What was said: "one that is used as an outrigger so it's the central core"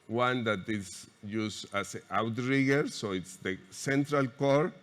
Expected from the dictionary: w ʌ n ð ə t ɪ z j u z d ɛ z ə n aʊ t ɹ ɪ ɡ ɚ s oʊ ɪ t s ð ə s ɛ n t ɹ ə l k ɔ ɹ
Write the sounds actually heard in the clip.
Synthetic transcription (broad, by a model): w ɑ n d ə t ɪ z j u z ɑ s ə aʊ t ɹ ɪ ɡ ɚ s oʊ ɪ t s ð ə s ɛ n t ɹ ə l k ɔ ɹ